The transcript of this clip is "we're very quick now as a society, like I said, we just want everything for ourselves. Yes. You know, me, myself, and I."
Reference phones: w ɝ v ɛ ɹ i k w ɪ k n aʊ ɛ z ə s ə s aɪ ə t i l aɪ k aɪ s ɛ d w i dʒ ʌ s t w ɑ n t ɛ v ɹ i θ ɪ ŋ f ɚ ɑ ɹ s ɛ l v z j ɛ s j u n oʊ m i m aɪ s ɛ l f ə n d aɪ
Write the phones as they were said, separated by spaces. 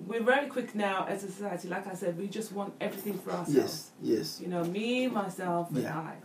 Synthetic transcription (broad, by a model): w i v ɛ l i k w ɪ k n aʊ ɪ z ə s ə s aɪ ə t i l aɪ k aɪ s ɛ d w i dʒ ʌ s t w ɑ n t ɛ v ɹ i θ ɪ ŋ f ɚ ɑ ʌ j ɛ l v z j ɛ s j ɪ n oʊ m i m aɪ s ɛ l f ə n aɪ